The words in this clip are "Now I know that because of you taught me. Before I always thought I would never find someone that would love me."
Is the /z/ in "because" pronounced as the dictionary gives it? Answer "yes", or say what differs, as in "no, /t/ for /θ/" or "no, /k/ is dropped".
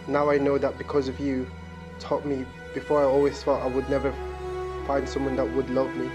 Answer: yes